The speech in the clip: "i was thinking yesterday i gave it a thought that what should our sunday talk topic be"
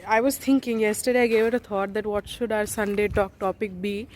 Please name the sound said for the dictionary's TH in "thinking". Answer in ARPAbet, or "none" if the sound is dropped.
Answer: T